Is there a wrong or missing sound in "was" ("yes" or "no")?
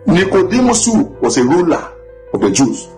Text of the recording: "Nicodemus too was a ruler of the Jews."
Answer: yes